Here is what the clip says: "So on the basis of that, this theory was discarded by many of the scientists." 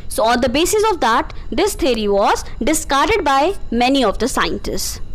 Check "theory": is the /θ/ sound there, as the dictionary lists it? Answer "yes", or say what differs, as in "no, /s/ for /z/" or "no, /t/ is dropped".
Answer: no, /t/ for /θ/